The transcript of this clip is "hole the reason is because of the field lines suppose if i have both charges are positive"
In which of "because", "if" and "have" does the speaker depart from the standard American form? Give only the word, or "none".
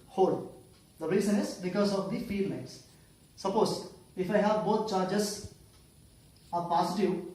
none